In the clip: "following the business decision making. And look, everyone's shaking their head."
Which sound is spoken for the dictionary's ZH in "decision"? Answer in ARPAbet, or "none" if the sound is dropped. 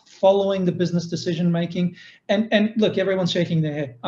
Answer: ZH